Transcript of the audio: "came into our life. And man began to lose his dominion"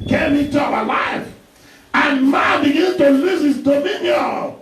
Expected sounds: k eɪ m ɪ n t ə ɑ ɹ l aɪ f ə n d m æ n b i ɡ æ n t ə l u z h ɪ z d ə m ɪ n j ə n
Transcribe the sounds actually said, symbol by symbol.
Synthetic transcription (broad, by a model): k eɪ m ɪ t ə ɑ l aɪ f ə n m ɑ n b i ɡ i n t ə l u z h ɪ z d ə m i n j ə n